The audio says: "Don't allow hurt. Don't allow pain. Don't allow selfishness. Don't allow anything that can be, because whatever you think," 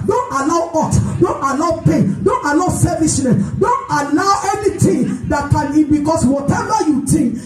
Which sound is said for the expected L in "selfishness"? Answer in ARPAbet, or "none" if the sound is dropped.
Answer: none